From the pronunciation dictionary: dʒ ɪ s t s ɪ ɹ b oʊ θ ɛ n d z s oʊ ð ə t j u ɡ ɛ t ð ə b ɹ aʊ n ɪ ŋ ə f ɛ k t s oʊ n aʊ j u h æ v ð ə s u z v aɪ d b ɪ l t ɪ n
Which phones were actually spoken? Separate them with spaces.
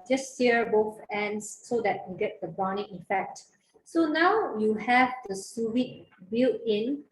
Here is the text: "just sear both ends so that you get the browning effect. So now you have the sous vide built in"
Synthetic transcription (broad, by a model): dʒ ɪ s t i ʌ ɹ b oʊ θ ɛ n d s oʊ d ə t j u ɡ ɛ t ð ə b aʊ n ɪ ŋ ə f ɛ k t s oʊ n aʊ j u h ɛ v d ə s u v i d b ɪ l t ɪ n